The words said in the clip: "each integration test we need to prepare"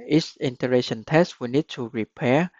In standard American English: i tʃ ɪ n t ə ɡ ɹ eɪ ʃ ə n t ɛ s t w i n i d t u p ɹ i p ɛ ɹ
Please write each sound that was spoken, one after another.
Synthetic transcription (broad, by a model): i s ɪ n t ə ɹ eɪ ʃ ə n t ɛ s t w i n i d t u ɹ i p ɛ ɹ